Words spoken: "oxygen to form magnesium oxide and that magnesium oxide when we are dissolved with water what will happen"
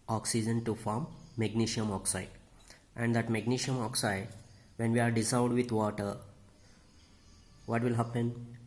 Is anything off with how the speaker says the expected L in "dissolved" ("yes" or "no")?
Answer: yes